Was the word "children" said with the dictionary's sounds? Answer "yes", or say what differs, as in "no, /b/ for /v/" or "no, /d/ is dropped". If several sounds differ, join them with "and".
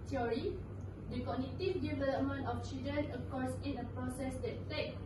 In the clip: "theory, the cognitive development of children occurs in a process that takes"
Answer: no, /l/ is dropped and /ɹ/ is dropped